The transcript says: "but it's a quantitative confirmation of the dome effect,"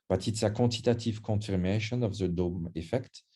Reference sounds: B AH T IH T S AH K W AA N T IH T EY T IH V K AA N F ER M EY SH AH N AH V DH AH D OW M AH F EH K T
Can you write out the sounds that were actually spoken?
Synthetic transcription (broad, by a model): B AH T IH T S AH K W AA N T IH T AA T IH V K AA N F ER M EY SH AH N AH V DH AH D OW M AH F EH K T